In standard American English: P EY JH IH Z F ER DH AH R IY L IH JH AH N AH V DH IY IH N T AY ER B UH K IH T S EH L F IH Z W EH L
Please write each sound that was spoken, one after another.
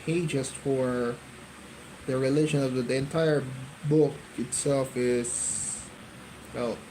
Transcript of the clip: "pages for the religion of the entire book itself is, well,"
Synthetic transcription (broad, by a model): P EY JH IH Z F ER DH AH R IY L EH SH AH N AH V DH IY IH N T AY ER B UH K IH T S EH L F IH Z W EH L